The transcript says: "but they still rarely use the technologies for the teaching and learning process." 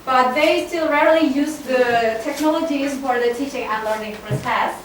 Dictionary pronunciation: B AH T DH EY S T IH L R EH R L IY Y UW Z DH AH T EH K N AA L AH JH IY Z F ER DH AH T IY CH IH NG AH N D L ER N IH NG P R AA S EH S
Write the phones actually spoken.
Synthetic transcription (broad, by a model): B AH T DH EY S T IH L R EH R L IY Y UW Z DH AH T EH K N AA L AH JH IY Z F ER DH AH T IY CH IH NG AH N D L ER N IH NG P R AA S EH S